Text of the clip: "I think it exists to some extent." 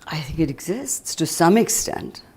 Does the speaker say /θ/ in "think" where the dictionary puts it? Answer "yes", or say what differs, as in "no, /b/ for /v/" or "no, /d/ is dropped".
yes